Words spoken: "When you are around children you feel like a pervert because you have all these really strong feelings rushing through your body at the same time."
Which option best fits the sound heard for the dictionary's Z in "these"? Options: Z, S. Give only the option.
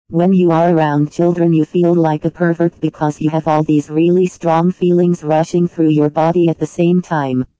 Z